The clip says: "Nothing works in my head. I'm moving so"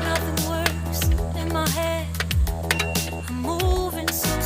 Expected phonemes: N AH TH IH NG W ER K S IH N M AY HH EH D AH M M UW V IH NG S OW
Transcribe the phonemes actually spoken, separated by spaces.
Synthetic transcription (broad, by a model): N AH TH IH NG W ER S IH N M AY HH EH D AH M M UW V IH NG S